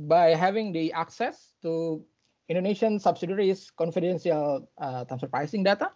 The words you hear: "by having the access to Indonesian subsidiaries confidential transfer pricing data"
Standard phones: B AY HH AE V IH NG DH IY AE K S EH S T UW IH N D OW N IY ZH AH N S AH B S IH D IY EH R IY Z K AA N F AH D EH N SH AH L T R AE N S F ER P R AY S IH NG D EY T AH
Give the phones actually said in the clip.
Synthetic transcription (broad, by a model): B AY HH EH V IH NG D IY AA K S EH S T UW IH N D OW N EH SH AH N S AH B S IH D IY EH R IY S K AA N F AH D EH N S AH L T AE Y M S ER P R AY S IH NG D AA T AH